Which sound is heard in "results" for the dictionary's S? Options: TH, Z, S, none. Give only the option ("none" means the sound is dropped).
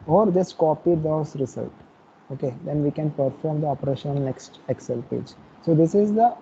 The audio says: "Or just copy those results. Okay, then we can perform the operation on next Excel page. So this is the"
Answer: none